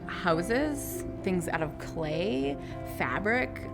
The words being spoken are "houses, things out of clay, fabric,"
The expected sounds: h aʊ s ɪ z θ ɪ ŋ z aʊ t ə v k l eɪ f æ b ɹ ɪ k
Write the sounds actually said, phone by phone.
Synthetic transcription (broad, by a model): h aʊ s ɪ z θ ɪ ŋ z aʊ t ə v k l eɪ f æ b ɹ ɪ k